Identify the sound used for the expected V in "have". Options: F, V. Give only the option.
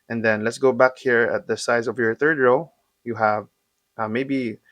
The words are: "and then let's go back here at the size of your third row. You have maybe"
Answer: V